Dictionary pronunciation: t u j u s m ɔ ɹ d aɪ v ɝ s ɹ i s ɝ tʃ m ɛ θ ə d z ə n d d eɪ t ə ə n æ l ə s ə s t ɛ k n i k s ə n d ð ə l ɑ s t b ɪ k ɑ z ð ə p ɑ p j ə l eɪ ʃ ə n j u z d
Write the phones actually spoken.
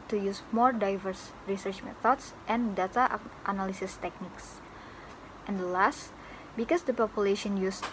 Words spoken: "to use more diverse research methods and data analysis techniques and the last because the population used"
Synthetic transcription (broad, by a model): t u j u s m ɔ ɹ d aɪ v ɝ s ɹ i s ɝ tʃ m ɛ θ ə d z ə n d d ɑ t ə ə n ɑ l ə s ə s t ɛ k n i k s ə n d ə l ɑ s t b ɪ k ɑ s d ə p ɑ p j ə l eɪ ʃ ə n j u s